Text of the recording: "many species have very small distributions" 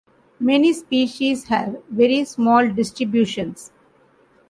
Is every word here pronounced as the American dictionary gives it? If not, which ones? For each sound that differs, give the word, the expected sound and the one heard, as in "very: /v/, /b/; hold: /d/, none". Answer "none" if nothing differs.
none